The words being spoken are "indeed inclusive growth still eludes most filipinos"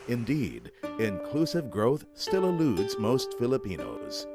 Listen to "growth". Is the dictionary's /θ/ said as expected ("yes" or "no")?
yes